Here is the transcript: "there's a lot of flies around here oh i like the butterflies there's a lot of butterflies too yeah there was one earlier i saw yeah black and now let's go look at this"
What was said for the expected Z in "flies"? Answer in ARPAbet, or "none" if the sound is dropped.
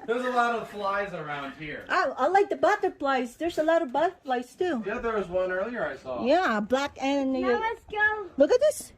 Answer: Z